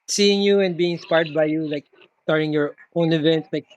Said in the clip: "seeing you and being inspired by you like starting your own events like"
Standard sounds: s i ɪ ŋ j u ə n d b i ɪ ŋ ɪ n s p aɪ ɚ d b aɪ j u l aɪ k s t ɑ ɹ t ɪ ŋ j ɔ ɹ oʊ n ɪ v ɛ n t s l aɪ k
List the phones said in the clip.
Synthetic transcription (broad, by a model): s i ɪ ŋ j u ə n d b i ɪ ŋ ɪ s p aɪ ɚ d b aɪ j u l aɪ k s t ɑ ɹ t ɪ ŋ j ɔ ɹ oʊ n ɪ v ɛ n t s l aɪ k